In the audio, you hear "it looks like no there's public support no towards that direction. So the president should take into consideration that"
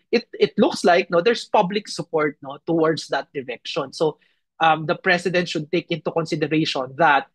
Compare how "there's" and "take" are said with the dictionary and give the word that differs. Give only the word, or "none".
there's